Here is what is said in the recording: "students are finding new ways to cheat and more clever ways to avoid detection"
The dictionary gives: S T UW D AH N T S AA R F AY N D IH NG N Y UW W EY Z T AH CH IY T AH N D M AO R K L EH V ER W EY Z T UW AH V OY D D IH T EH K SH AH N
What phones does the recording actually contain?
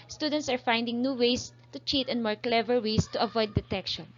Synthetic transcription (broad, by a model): S T UW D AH N T S AA R F AY N D IH NG N Y UW W EY S T AH CH IY T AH N M AO R K L EH V ER W EY S T UW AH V OY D D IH T EH K SH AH N